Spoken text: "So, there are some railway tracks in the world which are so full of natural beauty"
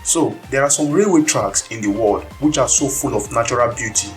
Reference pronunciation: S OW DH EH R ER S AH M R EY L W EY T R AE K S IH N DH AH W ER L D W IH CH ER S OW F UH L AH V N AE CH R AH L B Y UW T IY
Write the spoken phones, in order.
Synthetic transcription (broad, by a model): S OW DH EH R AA S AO M R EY W EY T R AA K S IH N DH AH W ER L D W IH CH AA S OW F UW L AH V N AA CH R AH L B Y UW T IY